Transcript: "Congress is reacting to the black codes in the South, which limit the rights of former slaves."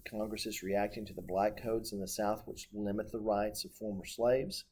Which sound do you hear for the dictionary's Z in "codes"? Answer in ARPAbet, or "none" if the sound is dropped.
Z